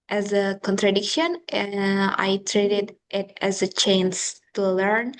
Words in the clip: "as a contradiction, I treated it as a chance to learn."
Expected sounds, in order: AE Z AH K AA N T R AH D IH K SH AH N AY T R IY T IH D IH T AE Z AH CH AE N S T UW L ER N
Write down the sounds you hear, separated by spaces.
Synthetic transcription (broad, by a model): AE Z AH K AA N T R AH D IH K SH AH N AY T R IY T IH D IH T AE Z AH CH AE N S T UW L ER N